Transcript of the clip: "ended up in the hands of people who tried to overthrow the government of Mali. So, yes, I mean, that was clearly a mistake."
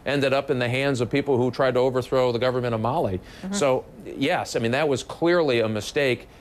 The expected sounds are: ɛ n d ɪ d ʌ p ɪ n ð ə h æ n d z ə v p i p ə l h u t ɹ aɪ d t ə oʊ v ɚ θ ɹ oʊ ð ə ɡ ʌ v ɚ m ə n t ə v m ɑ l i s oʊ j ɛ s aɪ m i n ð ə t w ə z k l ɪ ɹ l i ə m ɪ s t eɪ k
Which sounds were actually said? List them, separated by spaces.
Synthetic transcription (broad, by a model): ɛ n d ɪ d ʌ p ɪ n ð ə h æ n d z ə v p i p l h u t ɹ aɪ d t ə oʊ v ɚ θ ɹ oʊ ð ə ɡ ʌ v ɚ m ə t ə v m ɑ l i s oʊ j ɛ s aɪ m i n ð ə t w ə z k l ɪ ɹ l i ə m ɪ s t eɪ k